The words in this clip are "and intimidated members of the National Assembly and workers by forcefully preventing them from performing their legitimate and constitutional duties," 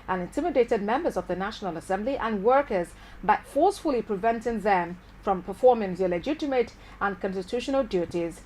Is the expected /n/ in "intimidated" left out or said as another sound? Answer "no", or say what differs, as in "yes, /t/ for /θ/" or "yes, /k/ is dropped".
no